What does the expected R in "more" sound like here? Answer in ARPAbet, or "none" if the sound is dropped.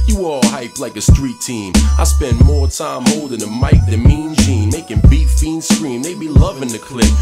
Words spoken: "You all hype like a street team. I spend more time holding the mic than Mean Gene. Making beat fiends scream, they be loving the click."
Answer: R